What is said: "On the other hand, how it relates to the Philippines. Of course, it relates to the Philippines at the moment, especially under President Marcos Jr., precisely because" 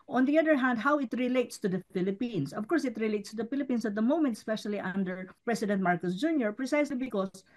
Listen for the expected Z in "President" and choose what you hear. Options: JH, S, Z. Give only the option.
S